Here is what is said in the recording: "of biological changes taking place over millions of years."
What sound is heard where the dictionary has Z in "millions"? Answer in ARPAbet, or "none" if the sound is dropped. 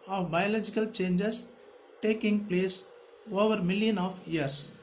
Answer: none